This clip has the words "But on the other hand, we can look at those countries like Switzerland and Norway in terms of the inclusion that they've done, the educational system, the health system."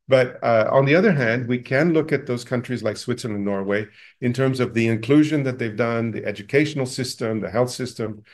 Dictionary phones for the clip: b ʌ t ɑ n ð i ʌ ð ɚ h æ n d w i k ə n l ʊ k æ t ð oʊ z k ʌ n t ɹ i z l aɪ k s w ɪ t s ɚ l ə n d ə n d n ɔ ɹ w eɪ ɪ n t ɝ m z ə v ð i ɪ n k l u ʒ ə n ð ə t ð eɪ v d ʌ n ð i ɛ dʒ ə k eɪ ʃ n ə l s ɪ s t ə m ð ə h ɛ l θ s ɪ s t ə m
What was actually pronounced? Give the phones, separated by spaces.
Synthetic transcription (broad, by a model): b ʌ t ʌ n ð i ʌ ð ɚ h æ n d w i k ə n l ʊ k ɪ t ð oʊ z k ʌ n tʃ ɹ i z l aɪ k s w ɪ t s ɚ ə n ə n n ɔ ɹ w eɪ ɪ n t ɝ m z ə v ð i ɪ n k l u ʒ ə n ð ə t ð eɪ v d ʌ n ð i ɛ dʒ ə k eɪ ʃ n l s ɪ s t ə m ð ə h ɛ l θ s ɪ s t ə m